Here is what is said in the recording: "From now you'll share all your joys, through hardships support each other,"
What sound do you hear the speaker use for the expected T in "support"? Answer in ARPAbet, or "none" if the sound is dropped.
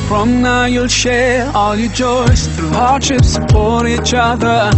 none